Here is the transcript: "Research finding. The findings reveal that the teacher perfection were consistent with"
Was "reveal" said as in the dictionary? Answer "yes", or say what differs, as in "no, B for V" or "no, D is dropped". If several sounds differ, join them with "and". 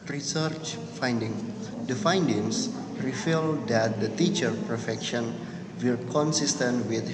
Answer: no, F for V